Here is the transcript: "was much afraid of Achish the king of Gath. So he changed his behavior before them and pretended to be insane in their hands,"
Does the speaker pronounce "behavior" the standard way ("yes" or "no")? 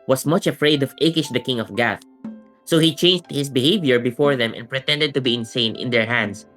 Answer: yes